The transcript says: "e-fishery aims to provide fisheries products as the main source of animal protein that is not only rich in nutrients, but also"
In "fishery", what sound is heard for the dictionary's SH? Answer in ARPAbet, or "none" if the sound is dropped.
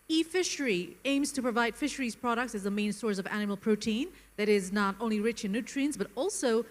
SH